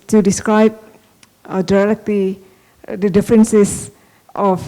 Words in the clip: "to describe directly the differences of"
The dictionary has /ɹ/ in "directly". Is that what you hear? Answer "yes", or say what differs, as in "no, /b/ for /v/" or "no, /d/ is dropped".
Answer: no, /l/ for /ɹ/